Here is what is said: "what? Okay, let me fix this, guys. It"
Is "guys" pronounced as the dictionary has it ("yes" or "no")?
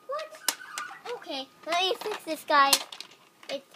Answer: no